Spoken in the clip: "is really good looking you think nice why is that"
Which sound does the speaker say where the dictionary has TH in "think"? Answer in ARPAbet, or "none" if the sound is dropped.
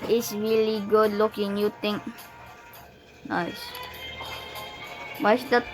T